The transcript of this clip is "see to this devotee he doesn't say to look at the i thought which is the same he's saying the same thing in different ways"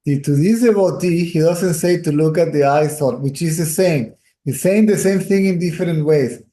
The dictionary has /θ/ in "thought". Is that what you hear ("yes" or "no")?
no